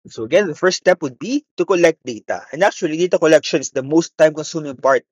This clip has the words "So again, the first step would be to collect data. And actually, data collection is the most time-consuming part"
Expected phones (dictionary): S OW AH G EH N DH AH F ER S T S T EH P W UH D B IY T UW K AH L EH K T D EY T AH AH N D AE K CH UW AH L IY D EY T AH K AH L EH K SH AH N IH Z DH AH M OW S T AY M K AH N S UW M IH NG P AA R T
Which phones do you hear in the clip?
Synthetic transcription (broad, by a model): S OW AH G EH N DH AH F ER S S T EH P W UH D B IY T UW K AH L EH K T D EY T AH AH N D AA K CH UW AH L IY D EY T AH K AH L EH K SH AH N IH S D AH M OW S T AY M K AH N S UW M IH NG P AA R T